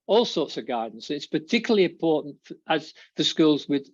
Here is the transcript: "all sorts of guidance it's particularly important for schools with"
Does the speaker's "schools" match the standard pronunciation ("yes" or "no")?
yes